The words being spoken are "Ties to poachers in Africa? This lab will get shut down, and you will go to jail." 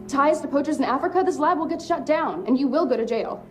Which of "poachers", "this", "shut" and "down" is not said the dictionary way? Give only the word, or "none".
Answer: none